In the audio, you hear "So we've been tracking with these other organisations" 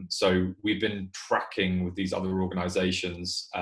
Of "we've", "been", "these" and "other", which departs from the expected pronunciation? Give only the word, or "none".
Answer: none